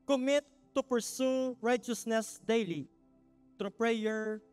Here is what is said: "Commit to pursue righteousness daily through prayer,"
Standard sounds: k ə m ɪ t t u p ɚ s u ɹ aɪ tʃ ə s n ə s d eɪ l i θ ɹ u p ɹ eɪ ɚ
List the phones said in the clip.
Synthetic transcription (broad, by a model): k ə m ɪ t t u p ɚ s u ɹ aɪ tʃ ə s n ə s d eɪ l i t ɹ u p ɹ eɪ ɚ